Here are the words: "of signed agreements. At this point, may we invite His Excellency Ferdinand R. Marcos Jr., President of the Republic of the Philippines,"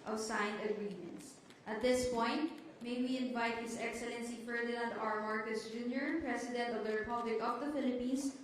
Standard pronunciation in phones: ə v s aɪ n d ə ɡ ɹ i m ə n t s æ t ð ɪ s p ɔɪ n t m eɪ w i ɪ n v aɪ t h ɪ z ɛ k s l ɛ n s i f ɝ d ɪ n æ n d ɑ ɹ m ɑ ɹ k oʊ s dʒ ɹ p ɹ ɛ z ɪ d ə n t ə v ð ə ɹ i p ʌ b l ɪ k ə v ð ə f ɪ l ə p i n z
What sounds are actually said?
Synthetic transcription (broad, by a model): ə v s aɪ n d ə ɡ ɹ i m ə n t s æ t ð ɪ s p ɔɪ n t m eɪ w i ɪ n v aɪ t h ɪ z ɛ k s l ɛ n s i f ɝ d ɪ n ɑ n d ɑ ɹ m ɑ ɹ k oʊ s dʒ ɹ p ɹ ɛ s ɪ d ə n t ə v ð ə ɹ i p ʌ b l ɪ k ə v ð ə f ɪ l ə p i n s